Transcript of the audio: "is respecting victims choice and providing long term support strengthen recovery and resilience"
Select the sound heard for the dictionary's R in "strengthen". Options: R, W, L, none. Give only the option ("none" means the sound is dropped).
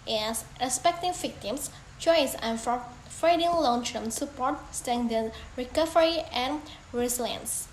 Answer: none